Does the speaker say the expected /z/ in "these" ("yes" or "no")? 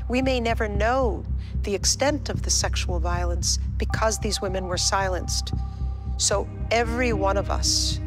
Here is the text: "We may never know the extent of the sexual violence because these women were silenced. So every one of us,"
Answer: yes